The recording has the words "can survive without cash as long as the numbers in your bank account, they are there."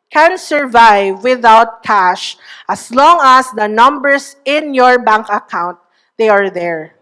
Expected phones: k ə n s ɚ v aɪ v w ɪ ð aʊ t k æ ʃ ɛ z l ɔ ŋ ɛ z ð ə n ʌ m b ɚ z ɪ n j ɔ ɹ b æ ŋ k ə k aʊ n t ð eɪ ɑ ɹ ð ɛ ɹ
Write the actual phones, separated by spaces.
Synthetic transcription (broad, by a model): k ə n s ɚ v aɪ v w ɪ ð aʊ t k æ ʃ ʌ s l ɔ ŋ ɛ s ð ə n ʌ m b ɚ s ɪ n j ɔ ɹ b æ ŋ k ə k aʊ n t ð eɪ ɑ ɹ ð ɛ ɹ